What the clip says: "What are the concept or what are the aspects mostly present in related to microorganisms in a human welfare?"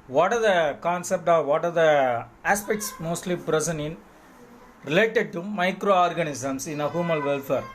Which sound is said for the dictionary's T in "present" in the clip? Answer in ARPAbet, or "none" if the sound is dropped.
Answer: none